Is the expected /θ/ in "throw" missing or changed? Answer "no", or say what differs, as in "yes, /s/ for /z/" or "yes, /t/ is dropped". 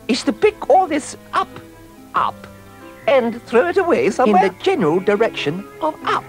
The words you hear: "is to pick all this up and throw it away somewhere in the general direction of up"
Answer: no